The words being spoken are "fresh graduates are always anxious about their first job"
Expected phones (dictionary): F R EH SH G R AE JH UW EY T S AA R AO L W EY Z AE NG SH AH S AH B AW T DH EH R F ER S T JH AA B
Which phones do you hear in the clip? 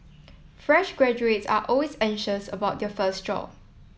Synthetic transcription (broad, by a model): F R EH SH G R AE JH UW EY T S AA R AO L W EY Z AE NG SH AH S AH B AW T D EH F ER S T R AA